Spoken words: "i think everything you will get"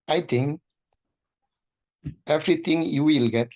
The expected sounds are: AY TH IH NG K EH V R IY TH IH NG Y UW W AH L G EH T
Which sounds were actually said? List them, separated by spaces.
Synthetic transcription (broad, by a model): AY T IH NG EH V R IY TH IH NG Y UW W AH L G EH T